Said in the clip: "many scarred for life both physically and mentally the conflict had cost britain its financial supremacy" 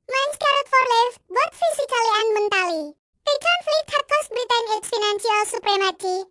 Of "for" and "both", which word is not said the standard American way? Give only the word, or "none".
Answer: both